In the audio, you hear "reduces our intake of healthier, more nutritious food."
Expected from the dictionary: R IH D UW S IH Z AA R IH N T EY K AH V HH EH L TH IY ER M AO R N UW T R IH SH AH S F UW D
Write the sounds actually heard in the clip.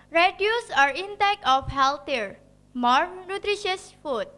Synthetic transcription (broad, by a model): R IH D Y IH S AA R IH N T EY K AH F HH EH L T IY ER M AO R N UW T R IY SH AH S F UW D